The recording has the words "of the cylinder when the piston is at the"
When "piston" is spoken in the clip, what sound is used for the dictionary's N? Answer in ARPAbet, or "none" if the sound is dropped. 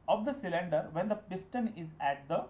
N